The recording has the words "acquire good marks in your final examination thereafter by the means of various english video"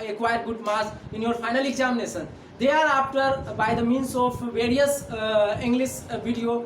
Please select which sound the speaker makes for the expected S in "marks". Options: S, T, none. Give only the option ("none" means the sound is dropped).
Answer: none